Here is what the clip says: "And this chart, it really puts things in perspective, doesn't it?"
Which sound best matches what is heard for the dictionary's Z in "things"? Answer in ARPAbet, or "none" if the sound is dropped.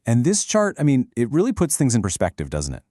Z